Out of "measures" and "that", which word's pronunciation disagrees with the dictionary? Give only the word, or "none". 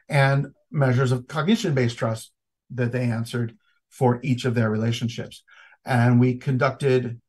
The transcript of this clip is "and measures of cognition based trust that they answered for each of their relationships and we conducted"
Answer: none